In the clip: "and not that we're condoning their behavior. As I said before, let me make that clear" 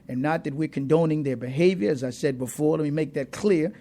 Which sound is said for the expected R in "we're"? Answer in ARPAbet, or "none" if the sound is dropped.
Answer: R